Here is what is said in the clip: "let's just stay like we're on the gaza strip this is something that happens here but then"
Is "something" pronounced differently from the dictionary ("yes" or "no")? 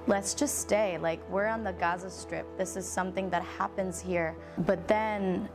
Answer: no